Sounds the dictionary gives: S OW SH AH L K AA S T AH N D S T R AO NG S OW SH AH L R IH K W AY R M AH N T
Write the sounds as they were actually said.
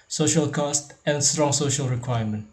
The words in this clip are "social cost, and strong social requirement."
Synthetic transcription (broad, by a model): S OW SH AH L K AA S T AH N D S T R AO NG S OW SH AH L R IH K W AY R M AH N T